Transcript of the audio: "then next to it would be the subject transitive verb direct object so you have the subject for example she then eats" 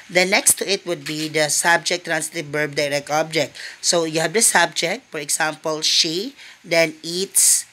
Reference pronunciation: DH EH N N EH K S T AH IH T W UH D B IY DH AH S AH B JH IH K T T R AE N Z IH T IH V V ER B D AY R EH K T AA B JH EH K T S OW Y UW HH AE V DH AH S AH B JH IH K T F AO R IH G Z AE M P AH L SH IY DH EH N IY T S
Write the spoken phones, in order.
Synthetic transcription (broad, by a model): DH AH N N EH K S T AH IH T W UH D B IY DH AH S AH B JH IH K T T R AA N S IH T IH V B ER B D AY R EH K T AA B JH EH K T S OW Y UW HH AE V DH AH S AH B JH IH K T F AO R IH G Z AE M P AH L SH IY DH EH N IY T S